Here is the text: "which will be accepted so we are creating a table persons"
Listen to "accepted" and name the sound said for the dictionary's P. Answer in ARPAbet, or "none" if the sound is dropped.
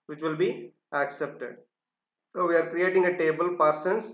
P